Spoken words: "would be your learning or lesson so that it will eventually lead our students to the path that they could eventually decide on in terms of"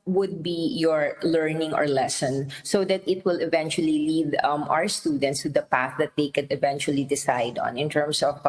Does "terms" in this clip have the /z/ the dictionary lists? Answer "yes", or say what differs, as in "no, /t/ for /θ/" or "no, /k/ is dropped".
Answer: no, /s/ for /z/